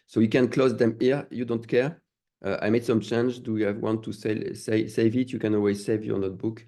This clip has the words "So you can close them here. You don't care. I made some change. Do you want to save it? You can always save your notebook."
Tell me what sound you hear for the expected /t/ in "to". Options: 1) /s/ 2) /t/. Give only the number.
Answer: 1